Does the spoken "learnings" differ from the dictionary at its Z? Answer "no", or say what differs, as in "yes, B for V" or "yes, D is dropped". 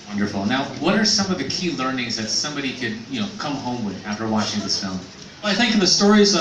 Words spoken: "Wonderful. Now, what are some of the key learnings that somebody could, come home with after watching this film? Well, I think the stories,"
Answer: no